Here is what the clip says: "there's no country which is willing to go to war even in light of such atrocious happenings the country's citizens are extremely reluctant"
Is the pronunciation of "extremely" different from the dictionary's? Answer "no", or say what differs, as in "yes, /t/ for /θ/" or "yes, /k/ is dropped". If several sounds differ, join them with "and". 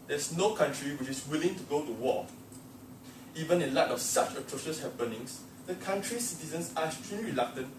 yes, /k/ is dropped